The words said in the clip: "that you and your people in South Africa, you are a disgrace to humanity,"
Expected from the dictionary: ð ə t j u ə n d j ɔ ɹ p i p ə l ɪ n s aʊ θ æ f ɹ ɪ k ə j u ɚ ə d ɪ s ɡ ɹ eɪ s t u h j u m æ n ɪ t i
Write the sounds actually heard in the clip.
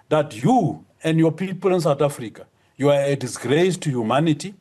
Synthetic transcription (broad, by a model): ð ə t j u ə n d j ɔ p i p ə l ɪ n s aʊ t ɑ f ɹ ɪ k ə j u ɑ ə d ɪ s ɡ ɹ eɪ s t u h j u m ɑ n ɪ t i